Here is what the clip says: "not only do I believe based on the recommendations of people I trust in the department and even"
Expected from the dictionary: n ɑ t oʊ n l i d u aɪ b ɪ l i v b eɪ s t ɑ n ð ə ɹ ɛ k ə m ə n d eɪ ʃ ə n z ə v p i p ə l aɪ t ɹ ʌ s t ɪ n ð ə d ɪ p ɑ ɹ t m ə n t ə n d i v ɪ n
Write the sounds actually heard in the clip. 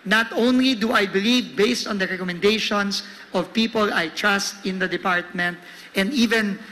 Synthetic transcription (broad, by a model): n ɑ t oʊ n l i d u aɪ b ɪ l i v b eɪ s t ɑ n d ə ɹ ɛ k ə m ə n d eɪ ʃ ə n s ə v p i p ə l aɪ t ɹ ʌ s t ɪ n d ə d ɪ p ɑ ɹ t m ə n t ə n d i v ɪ n